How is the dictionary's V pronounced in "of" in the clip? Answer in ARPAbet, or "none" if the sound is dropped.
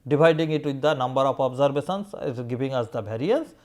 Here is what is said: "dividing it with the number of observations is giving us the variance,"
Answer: P